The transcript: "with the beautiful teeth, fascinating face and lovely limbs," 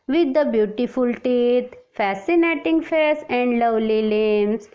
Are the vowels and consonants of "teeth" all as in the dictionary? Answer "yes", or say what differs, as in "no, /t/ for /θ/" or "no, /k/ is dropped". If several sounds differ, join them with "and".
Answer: no, /t/ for /θ/